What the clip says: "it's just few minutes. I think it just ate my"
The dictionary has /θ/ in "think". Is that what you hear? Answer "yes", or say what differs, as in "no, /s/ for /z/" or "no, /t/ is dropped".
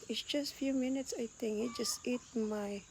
no, /t/ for /θ/